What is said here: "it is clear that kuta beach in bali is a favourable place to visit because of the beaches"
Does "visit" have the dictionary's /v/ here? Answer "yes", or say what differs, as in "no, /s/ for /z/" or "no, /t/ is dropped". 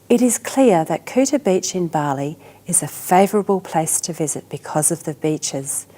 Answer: yes